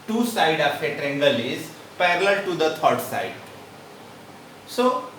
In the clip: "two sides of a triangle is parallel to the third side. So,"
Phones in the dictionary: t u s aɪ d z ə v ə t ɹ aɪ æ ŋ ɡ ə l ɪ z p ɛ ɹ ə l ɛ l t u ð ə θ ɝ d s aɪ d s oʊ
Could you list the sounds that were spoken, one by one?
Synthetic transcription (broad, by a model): t u s aɪ d ə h ə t ɹ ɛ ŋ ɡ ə l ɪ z p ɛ ɹ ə l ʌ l t u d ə t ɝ d s aɪ d s oʊ